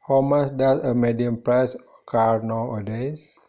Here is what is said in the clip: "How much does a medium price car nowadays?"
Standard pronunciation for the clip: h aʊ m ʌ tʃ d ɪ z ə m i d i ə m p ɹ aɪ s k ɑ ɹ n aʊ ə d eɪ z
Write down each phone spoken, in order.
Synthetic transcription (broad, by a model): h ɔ m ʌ s d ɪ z ə m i d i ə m p ɹ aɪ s k ɑ ɹ n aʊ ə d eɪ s